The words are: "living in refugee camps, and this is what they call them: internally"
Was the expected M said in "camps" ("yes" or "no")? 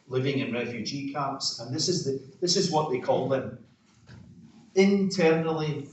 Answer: no